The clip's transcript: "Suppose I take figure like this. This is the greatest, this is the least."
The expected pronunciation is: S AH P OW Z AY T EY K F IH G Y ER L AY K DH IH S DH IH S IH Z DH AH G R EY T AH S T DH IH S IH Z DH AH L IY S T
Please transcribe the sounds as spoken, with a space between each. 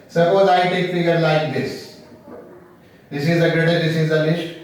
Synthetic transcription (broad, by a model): S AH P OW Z AY T EY K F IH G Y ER L AY K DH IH S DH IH S IH Z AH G R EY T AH T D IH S IH Z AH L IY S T